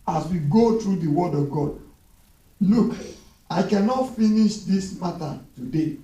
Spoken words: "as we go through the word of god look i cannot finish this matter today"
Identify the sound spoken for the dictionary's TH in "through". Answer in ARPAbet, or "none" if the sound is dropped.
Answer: T